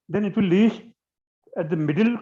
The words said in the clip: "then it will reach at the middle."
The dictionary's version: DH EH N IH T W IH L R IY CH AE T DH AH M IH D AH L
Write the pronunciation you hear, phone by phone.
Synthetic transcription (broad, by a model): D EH N IH T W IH L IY SH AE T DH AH M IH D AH L